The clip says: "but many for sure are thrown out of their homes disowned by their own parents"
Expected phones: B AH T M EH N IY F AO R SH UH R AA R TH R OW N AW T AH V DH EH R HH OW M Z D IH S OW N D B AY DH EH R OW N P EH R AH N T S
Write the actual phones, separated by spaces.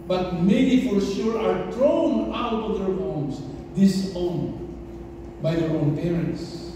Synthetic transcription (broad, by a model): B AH T M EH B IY F AO R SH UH R AA R T R OW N AW T AH V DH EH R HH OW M S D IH S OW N B AY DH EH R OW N P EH R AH N T S